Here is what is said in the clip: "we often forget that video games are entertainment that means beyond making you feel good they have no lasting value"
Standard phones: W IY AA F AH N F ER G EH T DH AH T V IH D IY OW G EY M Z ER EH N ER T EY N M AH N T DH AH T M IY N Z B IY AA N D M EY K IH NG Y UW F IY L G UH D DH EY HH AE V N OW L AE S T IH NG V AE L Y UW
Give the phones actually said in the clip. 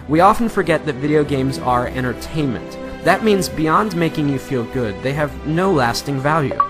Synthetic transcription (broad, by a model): W IY AA F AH N F ER G EH T DH AH T V IH D IY OW G EY M Z ER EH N ER T EY N M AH N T DH AH T M IY N Z B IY AA N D M EY K IH NG Y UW F IY L G UH D DH EY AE V N OW L AE S T IH NG V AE L Y UW